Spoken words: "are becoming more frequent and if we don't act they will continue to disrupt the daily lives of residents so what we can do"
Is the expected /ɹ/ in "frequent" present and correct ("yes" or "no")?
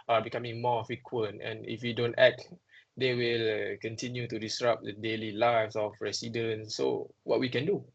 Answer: no